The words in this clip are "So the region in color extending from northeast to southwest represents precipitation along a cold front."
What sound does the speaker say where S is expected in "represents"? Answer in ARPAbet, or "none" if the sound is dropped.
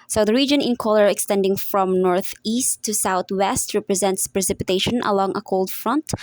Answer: S